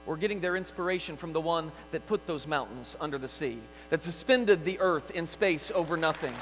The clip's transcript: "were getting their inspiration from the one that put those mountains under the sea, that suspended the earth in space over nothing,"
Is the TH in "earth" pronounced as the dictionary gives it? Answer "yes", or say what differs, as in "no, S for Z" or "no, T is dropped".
yes